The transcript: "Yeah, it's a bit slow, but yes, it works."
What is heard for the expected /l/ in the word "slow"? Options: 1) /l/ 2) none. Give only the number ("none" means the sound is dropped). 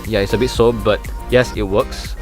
2